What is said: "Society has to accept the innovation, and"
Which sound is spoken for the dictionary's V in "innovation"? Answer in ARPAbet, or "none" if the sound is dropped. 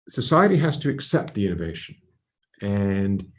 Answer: V